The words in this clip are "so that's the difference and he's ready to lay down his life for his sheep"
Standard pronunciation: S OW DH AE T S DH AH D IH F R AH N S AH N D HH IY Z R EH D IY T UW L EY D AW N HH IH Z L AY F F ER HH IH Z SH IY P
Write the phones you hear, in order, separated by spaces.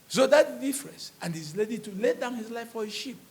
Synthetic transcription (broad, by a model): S OW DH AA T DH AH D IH F R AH N S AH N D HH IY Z L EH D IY T UW L EY D AW N HH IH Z L AY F F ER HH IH SH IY P